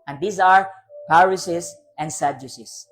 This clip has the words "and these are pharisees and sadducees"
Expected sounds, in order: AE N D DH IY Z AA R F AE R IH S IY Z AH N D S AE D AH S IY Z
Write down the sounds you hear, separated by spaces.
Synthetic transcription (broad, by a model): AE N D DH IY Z AA R P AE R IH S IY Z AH N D S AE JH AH S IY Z